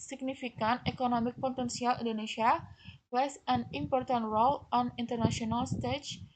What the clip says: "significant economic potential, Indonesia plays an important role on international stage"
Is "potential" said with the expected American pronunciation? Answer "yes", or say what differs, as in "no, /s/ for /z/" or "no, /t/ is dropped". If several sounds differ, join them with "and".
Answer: no, /s/ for /ʃ/